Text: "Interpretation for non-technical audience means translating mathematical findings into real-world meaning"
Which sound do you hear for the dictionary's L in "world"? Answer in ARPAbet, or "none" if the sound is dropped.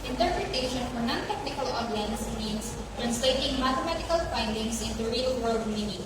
L